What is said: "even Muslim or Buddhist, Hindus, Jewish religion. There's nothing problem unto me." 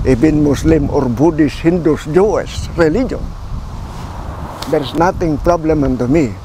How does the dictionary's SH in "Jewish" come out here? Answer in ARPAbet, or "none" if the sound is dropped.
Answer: S